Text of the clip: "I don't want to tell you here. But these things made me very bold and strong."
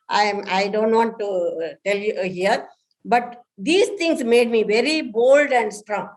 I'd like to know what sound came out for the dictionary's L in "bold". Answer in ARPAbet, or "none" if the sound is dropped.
L